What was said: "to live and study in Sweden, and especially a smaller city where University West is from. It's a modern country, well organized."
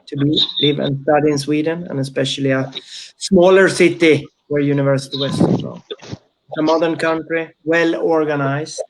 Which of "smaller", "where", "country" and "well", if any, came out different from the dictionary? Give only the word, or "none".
none